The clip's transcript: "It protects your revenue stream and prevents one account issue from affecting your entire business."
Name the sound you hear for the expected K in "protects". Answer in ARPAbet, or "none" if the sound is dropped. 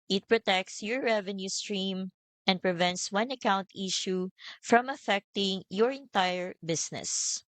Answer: K